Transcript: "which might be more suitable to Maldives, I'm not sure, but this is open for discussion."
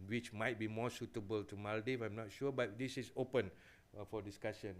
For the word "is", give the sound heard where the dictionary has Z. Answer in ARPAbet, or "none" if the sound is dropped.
S